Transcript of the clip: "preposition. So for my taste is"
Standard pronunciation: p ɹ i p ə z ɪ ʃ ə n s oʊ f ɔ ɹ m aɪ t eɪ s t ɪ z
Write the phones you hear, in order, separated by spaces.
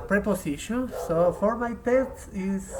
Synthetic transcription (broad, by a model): p ɹ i p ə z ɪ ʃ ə n s oʊ f ɔ ɹ m aɪ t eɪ t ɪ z